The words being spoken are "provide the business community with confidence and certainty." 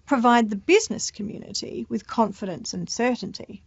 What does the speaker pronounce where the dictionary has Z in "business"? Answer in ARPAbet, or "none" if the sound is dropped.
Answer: Z